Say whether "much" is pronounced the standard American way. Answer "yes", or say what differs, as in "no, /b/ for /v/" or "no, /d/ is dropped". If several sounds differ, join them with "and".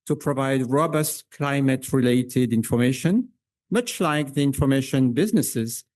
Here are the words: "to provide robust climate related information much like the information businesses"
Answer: yes